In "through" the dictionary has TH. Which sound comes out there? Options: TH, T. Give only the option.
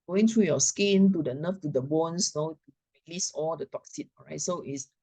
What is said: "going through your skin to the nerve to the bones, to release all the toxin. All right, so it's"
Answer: T